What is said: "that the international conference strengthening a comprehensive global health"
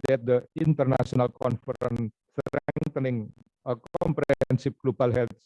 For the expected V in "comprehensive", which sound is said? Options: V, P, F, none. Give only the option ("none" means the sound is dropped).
P